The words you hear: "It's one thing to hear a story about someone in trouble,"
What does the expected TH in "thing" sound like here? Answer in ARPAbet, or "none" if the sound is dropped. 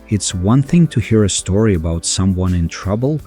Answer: TH